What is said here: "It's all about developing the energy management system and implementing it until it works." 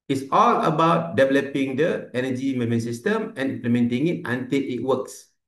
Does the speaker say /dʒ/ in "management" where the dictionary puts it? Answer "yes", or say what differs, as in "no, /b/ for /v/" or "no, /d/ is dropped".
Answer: no, /dʒ/ is dropped